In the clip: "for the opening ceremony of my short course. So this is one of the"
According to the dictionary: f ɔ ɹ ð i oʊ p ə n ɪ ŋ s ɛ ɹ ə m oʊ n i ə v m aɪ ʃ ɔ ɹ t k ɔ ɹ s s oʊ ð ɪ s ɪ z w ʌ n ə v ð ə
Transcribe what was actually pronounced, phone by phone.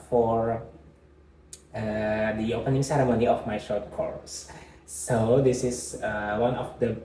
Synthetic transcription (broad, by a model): f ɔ ɹ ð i oʊ p ə n ɪ ŋ s ɛ ɹ ə m oʊ n i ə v m aɪ ʃ ɔ ɹ t k ɔ ɹ s s oʊ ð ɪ s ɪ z w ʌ n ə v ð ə